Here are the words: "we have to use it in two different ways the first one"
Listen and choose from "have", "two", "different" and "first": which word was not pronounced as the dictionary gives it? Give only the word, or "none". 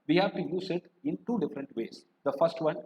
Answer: none